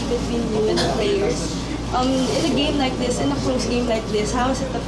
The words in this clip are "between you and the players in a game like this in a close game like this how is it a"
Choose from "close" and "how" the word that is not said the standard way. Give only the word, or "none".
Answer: close